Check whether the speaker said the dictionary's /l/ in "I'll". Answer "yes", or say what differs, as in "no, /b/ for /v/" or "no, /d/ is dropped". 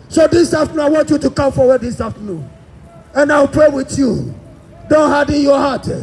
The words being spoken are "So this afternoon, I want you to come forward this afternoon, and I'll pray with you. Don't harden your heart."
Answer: no, /w/ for /l/